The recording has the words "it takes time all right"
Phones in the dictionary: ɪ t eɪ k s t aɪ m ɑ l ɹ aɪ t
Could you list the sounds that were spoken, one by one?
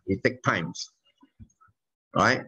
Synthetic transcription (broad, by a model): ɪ t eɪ k t aɪ m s ɹ aɪ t